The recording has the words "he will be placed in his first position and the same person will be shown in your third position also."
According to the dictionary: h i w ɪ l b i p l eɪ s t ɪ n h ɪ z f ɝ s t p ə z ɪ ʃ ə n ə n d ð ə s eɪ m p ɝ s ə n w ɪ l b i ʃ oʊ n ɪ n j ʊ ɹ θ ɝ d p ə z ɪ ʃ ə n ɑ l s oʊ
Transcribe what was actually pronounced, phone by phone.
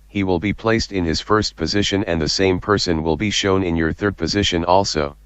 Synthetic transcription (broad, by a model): h i w ɪ l b i p l eɪ s t ɪ n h ɪ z f ɝ s t p ə z ɪ ʃ ə n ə n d ð ə s eɪ m p ɝ s ə n w ɪ l b i ʃ oʊ n ɪ n j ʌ ɹ θ ɝ d p ə z ɪ ʃ ə n ɑ l s oʊ